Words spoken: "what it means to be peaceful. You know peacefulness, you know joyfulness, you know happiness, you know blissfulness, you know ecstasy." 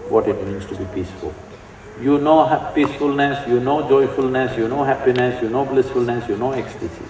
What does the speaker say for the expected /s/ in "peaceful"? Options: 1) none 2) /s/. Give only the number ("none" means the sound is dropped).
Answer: 2